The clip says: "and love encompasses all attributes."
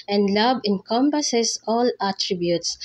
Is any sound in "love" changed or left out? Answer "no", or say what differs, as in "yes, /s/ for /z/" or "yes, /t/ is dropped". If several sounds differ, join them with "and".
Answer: yes, /b/ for /v/